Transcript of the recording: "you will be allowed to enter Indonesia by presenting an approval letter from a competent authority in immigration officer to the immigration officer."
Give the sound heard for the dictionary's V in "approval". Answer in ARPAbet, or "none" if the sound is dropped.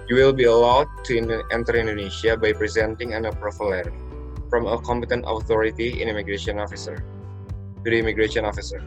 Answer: F